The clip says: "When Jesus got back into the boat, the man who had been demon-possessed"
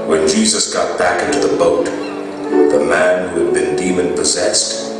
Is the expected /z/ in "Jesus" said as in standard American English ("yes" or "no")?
yes